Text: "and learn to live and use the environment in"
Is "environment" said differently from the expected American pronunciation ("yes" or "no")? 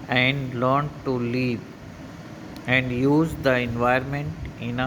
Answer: yes